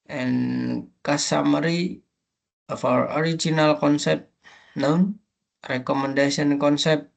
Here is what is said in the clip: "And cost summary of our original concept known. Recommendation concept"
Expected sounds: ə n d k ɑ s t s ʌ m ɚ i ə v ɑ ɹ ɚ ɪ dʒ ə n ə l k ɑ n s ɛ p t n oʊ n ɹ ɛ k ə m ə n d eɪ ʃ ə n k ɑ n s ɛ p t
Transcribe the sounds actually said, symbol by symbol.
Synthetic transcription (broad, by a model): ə n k ɑ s s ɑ m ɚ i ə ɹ ɑ ɹ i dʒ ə n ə l k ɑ n s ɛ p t n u n ɹ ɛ k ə m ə n d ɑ s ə n k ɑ n s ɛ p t